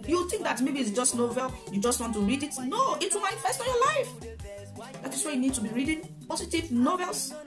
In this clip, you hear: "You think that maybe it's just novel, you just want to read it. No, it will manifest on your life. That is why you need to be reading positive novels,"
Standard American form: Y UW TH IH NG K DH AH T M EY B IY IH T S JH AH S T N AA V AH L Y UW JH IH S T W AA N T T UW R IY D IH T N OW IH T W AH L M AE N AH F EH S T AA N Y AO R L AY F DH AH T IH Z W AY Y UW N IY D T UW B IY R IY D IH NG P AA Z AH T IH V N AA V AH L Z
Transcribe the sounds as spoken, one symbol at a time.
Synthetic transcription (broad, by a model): Y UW TH IH NG K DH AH T M EY B IY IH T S JH AH S T N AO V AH L Y UW JH IH S T W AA N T T UW R IY D IH T N OW IH T W AH L M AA AH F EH S T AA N Y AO L AY F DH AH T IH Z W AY Y UW N IY D T UW B IY R IY D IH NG P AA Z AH T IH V N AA V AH L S